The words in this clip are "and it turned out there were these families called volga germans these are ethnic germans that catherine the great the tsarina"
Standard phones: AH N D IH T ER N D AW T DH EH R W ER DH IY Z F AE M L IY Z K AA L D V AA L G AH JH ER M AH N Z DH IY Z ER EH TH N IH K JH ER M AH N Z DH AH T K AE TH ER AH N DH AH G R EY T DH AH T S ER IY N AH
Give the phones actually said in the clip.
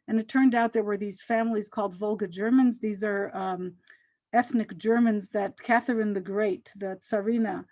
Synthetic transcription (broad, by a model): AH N IH T ER N D AW T DH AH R W ER DH IY Z F AE M L IY Z K AA L D V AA L G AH JH ER M AH N Z DH IY Z ER EH TH N IH K JH ER M AH N Z DH AH T K AE TH ER AH N DH AH G R EY T DH AH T S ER IY N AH